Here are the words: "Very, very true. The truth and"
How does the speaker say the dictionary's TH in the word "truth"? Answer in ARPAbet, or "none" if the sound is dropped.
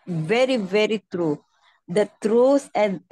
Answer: S